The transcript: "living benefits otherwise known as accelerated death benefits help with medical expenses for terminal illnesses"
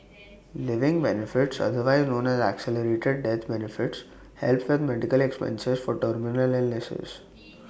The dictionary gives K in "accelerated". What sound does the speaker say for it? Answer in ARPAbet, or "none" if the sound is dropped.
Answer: K